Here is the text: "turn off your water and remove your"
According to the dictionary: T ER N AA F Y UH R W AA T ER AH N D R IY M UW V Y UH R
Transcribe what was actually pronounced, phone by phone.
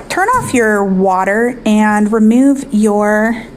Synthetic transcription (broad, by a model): T ER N AA F Y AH R W AA T ER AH N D R IY M UW V Y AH R